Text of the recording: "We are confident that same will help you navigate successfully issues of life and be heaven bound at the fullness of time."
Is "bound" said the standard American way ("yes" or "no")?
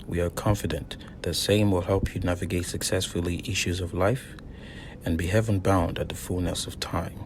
yes